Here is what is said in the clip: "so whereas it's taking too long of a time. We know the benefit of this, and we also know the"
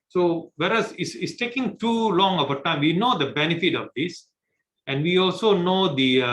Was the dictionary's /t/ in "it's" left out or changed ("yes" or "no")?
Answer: yes